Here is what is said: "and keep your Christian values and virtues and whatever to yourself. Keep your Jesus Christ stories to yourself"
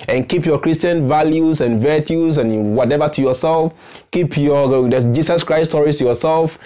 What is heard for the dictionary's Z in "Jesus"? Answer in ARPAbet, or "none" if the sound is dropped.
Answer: S